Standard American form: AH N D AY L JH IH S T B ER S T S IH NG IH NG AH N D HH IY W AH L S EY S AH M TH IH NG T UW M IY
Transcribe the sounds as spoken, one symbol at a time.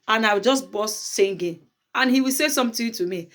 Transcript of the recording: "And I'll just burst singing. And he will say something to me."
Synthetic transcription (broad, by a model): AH N AY W JH IH S T B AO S S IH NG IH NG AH N HH IY W AH L S EY S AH M T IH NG T UW M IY